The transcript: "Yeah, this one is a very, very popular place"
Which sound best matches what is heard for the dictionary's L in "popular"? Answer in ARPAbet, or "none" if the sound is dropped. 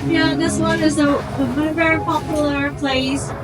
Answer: none